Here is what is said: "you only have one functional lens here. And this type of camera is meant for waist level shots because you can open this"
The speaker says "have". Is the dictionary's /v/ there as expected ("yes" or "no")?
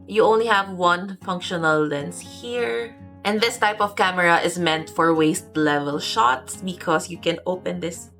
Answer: yes